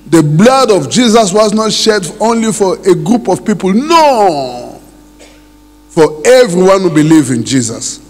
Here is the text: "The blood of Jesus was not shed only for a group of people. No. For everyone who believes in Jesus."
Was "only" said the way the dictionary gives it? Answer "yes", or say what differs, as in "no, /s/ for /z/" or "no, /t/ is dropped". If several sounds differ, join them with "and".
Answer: yes